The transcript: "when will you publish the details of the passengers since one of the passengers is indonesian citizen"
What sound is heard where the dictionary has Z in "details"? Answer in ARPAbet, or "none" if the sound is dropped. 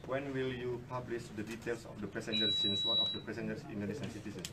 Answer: S